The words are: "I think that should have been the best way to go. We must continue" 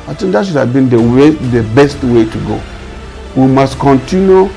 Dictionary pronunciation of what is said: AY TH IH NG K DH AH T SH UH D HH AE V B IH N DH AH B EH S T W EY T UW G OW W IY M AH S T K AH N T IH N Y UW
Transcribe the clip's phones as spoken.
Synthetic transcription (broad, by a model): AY T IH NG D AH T SH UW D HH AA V B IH N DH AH B EH S T W EY T UW G OW W IY M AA S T K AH N T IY N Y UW